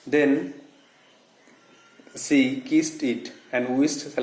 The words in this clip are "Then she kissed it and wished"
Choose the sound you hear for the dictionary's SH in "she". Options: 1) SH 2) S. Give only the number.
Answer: 2